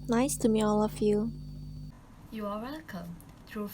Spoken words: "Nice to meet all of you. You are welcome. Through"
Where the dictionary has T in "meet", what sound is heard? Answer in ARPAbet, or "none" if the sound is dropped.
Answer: none